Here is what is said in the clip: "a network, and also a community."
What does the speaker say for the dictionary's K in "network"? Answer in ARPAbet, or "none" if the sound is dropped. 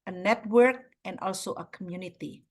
K